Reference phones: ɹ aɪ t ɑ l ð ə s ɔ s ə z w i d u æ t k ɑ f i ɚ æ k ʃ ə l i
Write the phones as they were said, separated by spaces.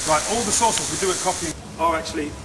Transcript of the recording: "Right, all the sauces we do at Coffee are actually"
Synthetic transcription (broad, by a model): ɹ aɪ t ɑ l ð ə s ɔ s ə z w i d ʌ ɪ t k ɑ p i ɚ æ k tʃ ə l i